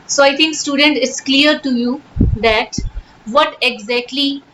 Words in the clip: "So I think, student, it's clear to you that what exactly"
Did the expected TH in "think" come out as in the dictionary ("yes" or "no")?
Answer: no